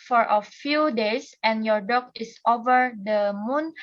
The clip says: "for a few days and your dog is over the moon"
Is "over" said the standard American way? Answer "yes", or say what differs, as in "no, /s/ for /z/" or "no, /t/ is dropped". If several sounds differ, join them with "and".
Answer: yes